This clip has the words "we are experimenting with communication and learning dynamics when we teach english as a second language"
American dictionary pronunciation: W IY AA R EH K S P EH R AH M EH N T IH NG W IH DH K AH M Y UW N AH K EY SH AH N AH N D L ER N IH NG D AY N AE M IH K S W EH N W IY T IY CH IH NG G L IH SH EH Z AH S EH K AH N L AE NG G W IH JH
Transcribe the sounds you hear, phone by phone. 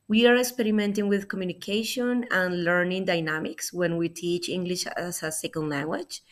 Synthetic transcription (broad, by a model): W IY AA R EH K S P EH R AH M EH N T IH NG W IH DH K AH M Y UW N AH K EY SH AH N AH N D L ER N IH NG D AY N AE M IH K S W EH N W IY T IY CH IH NG G L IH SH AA S AH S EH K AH L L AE NG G W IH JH